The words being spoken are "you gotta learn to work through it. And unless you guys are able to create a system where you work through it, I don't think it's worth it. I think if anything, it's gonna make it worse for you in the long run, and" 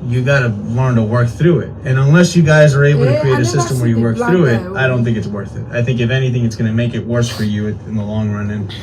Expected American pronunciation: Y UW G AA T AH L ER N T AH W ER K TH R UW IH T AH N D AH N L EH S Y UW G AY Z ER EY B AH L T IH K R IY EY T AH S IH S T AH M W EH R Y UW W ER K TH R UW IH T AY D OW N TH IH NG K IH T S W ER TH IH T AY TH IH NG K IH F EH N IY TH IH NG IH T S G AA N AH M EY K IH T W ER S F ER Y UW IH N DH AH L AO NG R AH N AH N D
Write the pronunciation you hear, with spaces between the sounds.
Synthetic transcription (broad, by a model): Y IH G AA T AH L ER N T AH W ER K TH R UW IH T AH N AH N L EH S Y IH G AY Z ER EY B L T IH K R IY EY T AH S IH S T AH M W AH R Y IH W ER K TH R UW IH T AY D OW N TH IH NG K IH T S W ER TH IH T AY TH IH NG K IH F EH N IY TH IH NG IH T S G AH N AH M EY K IH T W ER S F ER Y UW IH N DH AH L AO NG R AH N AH N